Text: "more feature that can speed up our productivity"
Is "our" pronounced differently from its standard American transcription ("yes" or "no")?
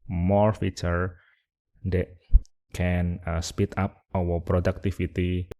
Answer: yes